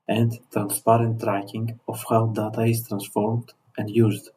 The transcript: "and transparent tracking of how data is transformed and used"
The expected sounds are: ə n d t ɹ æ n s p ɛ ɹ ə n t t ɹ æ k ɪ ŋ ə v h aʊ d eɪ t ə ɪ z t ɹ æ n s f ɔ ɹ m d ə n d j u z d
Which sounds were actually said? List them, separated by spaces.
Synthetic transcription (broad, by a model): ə n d t ɹ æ n s p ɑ ɹ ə n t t ɹ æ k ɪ ŋ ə f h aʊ d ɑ t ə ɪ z t ɹ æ n s f ɔ ɹ m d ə n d j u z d